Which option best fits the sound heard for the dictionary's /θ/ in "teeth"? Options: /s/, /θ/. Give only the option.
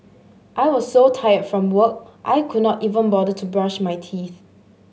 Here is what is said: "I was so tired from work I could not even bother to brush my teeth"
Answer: /θ/